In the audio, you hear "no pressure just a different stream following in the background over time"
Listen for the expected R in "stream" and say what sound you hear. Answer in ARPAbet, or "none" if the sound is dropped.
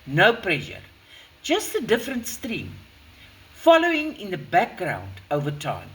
R